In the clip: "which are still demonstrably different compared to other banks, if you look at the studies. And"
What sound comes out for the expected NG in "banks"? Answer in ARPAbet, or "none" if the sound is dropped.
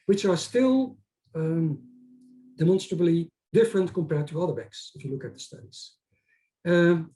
none